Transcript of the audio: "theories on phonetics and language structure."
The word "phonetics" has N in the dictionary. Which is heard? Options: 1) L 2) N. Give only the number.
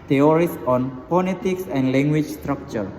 1